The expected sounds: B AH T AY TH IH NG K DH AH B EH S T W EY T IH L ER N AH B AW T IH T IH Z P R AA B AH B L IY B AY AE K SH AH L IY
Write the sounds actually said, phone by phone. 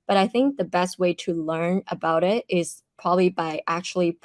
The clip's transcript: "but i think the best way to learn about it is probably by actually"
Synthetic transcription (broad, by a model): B AH T AY TH IH NG K DH AH B EH S T W EY T IH L ER N AH B AW T IH T IH Z P R AA B AH B L IY B AY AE K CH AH L IY